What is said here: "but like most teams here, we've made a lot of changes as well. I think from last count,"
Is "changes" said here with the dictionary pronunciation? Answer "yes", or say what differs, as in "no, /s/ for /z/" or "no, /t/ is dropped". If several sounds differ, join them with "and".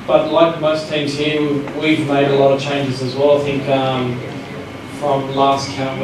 yes